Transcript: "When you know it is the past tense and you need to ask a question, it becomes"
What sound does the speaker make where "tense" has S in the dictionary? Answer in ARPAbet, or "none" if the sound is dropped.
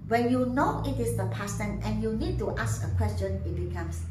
none